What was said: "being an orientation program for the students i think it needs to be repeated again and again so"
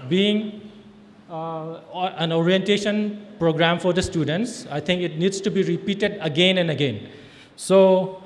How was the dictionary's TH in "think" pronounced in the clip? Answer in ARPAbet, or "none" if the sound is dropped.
T